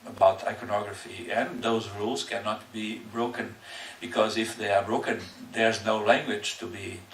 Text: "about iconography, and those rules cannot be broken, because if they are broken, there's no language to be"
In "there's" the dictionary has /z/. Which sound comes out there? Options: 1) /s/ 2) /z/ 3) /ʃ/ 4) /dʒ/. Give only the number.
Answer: 2